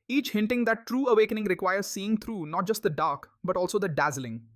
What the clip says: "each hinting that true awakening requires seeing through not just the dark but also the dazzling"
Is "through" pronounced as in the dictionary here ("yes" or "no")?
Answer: no